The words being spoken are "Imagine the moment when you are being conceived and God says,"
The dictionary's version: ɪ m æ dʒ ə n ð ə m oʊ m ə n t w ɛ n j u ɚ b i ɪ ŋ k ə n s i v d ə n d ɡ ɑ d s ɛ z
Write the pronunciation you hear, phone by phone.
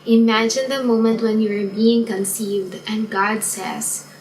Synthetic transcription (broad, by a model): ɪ m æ dʒ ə n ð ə m oʊ m ə n t w ɛ n j u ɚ b i ɪ ŋ k ə n s i v d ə n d ɡ ɑ d s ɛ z